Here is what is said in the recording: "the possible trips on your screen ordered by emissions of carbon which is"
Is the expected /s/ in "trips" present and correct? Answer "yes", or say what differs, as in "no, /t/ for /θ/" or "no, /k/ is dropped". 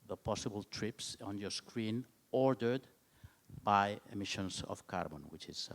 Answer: yes